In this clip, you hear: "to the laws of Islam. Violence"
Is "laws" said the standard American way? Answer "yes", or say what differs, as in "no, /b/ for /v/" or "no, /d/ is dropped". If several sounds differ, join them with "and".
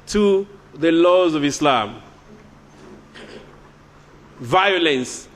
yes